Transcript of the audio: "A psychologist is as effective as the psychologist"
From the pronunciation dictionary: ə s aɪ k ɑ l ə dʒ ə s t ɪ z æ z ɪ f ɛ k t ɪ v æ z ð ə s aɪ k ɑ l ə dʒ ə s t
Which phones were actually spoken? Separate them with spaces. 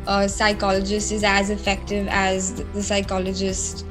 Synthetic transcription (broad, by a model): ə s aɪ k ɑ l ə dʒ ə s t ɪ z æ z ɪ f ɛ k t ɪ v æ z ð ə s aɪ k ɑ l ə dʒ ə s t